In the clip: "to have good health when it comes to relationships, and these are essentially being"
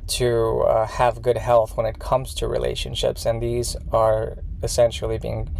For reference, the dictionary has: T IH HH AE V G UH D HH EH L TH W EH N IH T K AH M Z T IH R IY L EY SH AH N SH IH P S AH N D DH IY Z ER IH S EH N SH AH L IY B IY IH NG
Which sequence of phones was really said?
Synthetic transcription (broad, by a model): T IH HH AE V G UH D HH EH L TH W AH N IH T K AH M Z T IH R IY L EY SH AH N SH IH P S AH N DH IY Z ER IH S EH N SH L IY B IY IH NG